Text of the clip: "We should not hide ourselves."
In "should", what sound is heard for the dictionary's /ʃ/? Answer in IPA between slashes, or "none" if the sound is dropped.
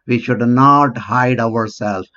/ʃ/